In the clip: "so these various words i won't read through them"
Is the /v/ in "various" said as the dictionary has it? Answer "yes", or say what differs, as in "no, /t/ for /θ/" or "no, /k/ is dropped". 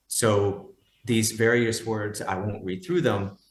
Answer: yes